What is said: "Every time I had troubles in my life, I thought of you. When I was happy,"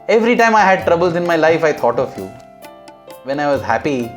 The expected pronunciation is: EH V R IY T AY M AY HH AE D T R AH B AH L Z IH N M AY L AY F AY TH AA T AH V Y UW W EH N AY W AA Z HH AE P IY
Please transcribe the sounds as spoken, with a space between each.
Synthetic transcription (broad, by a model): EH V R IY T AY M AY HH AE D T R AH B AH L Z IH N M AY L AY F AY T AA T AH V Y UW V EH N AY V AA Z HH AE P IY